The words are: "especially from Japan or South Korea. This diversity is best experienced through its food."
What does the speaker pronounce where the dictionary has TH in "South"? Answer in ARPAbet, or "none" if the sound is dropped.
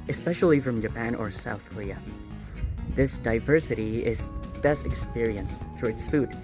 TH